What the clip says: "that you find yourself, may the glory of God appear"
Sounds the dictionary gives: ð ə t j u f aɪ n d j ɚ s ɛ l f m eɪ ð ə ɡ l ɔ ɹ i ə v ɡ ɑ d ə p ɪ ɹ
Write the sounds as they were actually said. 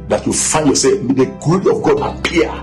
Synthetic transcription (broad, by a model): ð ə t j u f aɪ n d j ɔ s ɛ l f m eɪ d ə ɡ ɔ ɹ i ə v ɡ ɑ d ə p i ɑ